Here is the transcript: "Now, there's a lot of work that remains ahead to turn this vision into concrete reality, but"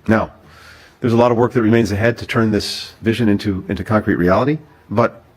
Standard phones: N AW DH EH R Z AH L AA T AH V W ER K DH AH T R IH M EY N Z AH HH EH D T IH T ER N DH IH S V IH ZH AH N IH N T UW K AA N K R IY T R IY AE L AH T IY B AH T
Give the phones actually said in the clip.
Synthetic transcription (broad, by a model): N AW DH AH R Z AH L AA T AH V W ER K DH AH T R IH M EY N Z AH HH EH D T IH T ER N DH IH S V IH ZH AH N IH N T UW K AA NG K R IY T R IY AE L AH T IY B AH T